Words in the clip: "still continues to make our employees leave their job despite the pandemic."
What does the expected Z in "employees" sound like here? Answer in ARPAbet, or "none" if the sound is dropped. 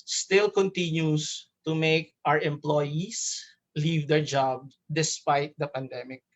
S